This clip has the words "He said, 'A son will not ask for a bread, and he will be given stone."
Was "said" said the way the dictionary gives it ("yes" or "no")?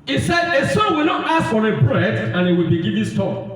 yes